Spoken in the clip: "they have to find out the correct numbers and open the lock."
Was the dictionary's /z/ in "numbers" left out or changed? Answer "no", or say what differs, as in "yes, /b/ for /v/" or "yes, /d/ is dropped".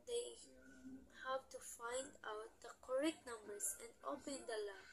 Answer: yes, /s/ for /z/